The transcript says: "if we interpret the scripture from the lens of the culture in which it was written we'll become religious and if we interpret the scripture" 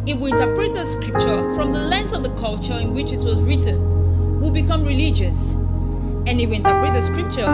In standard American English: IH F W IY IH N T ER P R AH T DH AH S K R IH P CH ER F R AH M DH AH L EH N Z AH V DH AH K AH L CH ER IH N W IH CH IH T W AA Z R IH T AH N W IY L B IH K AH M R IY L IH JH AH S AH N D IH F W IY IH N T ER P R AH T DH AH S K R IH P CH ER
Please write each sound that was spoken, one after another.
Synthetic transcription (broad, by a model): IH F W IY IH N T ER P R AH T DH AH S K R IH P CH ER F R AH M DH AH L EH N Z AH V DH AH K AH L CH ER IH N W IH CH IH T W AA Z R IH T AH N W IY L B IH K AH M R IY L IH JH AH S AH N IH F W IY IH N T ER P R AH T DH AH S K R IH P CH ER